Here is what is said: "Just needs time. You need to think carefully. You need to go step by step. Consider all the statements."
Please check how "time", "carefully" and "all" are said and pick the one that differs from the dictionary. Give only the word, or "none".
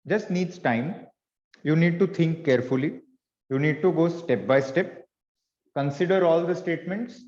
none